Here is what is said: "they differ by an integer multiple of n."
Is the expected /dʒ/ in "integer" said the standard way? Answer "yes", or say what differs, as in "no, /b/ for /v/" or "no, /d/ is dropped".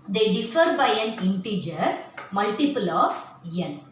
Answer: yes